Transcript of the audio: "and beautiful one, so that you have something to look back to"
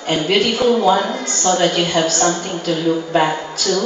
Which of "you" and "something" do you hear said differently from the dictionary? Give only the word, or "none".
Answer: something